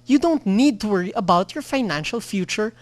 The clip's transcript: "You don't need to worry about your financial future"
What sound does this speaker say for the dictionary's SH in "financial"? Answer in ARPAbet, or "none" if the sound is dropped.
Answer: SH